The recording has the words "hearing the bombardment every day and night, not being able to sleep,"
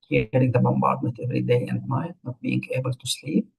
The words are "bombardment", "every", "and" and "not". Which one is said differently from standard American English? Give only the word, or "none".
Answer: bombardment